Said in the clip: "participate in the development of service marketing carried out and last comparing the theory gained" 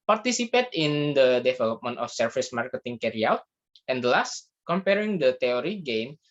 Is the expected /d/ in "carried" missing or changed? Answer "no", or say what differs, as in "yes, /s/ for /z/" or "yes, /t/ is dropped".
yes, /d/ is dropped